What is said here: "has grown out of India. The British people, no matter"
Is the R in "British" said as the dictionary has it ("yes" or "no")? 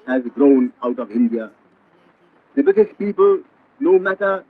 no